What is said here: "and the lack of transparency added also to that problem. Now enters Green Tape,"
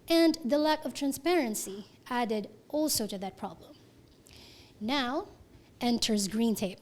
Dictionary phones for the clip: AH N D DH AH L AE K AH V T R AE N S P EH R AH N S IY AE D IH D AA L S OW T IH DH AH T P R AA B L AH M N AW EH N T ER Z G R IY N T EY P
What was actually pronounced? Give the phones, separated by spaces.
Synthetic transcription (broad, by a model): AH N DH AH L AE K AH V T R AE N S P EH R AH N S IY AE D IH D AA L S OW T IH DH AH T P R AA B L AH M N AW EH N T ER Z G R IY N T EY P